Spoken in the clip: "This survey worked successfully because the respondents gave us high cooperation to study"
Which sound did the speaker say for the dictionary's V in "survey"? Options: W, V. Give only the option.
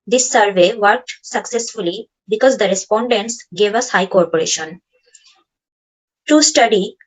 V